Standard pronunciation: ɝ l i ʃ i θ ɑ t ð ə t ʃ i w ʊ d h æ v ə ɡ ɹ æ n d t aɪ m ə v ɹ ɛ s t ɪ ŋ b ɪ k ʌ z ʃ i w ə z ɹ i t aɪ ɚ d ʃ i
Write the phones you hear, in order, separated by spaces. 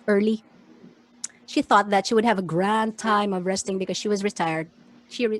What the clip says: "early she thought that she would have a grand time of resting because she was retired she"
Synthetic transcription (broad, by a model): ɝ l i ʃ i θ ɑ t ð ə t ʃ i w ʊ d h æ v ə ɡ ɹ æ n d t aɪ m ə v ɹ ɛ s t ɪ ŋ b ɪ k ʌ z ʃ i w ə z ɹ i t aɪ ɚ d ʃ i